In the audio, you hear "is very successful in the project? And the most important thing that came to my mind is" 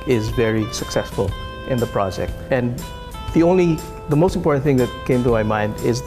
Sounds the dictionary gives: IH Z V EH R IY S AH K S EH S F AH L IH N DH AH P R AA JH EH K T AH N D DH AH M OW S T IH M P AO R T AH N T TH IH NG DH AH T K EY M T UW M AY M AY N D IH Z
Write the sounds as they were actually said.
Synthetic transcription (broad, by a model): IH Z V EH R IY S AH K S EH S F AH L IH N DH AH P R AA JH EH K T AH N D DH AH M OW S T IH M P AO R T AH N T TH IH NG DH AH T K EY M T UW M AY M AY N D IH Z